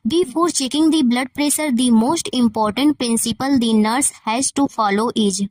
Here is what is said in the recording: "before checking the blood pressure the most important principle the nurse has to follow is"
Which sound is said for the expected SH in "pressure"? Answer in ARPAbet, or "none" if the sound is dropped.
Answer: S